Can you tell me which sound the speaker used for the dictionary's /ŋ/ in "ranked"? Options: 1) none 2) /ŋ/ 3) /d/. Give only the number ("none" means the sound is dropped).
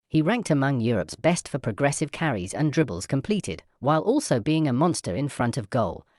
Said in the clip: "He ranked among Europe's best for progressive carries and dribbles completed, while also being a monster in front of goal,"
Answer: 2